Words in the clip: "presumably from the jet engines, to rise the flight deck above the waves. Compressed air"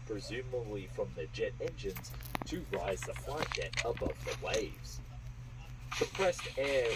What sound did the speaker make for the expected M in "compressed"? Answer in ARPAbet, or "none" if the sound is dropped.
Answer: none